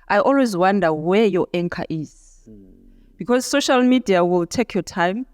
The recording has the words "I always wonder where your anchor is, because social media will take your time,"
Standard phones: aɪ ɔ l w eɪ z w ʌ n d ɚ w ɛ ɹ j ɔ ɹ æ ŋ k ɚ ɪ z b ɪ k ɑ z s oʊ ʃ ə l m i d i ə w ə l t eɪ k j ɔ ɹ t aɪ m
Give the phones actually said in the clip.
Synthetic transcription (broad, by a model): aɪ ɔ l w eɪ z w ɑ n d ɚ w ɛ j ɔ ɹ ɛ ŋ k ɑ ɪ z b ɪ k ɑ z s oʊ ʃ ə l m i d i ə w ə l t eɪ k j ɔ t aɪ m